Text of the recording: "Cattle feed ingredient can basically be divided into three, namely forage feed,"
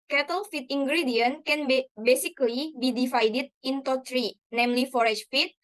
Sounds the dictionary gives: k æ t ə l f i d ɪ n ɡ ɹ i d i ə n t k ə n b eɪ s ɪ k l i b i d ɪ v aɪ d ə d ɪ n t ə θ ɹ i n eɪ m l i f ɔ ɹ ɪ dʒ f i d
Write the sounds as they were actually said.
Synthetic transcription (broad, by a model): k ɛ t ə l f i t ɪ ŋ ɡ ɹ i d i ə n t k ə n b eɪ s ɪ k l i b i d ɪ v aɪ d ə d ɪ n t ə t ɹ i n eɪ m l i f ɔ ɹ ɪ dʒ f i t